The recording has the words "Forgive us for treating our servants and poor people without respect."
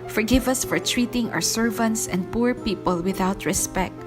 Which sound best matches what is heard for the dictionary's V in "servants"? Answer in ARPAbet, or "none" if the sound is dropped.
V